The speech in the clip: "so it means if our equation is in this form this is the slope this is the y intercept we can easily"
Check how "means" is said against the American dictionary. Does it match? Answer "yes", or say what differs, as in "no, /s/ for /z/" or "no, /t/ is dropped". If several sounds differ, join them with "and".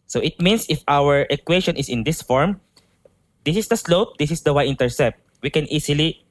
no, /s/ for /z/